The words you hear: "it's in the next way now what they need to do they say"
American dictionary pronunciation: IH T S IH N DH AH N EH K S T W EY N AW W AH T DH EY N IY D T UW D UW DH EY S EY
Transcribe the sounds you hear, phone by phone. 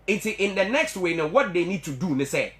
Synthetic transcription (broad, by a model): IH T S IH N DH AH N EH K S T W EY N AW W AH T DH EY N IY D T UW D UW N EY S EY